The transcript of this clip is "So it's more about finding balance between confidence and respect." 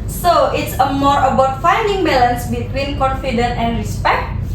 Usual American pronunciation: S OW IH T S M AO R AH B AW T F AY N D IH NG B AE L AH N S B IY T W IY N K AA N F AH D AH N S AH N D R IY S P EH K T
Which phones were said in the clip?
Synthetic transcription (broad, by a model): S OW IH T S M AO R AH B AW T F AY N D IH NG B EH L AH N S B IY T W IY N K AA N F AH D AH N AH N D R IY S P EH K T